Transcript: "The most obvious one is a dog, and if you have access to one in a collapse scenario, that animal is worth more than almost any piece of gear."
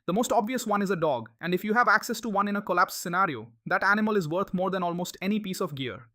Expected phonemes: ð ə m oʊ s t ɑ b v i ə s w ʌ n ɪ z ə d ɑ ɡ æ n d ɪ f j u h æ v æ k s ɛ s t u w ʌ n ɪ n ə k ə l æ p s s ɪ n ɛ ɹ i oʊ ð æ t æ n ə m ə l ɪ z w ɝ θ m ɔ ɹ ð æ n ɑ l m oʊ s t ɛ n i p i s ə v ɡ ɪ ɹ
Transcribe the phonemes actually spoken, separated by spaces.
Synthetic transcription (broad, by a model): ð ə m oʊ s t ɑ b v i ə s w ʌ n ɪ z ə d ɑ ɡ æ n d ɪ f j u h æ v æ k s ɛ s t u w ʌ n ɪ n ə k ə l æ p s s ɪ n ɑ ɹ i oʊ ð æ t æ n ə m ə l ɪ z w ɝ t m ɔ ɹ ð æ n ɑ l m oʊ s t ɛ n i p i s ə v ɡ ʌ ɹ